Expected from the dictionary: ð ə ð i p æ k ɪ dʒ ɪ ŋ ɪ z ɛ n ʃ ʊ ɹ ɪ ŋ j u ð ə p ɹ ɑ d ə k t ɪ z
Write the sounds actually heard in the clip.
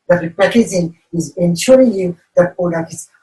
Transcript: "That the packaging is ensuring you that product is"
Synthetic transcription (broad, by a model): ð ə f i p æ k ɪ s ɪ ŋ ɪ z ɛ n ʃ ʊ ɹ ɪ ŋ j u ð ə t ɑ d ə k ɪ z